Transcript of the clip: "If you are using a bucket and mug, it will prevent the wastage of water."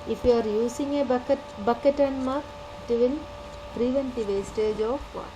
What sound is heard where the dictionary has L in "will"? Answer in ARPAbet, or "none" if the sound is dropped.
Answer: N